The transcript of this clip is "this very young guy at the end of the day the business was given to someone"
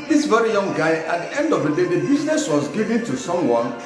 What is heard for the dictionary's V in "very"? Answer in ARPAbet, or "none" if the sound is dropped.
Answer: V